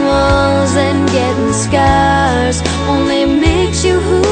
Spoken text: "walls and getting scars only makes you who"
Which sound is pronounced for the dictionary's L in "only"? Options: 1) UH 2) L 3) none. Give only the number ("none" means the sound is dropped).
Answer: 2